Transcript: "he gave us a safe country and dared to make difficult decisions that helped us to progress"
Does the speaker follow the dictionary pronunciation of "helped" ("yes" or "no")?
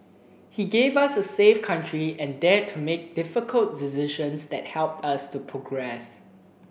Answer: yes